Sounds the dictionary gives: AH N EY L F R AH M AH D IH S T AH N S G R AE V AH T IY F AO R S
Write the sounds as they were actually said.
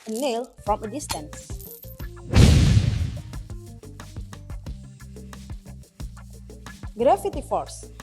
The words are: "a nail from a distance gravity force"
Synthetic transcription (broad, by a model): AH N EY L F R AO M AH D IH S T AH N S G R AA F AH T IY F AO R S